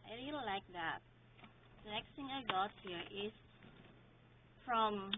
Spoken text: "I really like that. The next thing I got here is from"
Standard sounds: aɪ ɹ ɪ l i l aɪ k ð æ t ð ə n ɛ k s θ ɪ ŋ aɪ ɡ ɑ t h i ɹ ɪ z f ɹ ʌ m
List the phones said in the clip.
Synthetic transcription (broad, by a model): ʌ l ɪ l l aɪ k ð æ t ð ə n ɛ k s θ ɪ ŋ aɪ ɡ ɑ t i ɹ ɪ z f ɹ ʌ m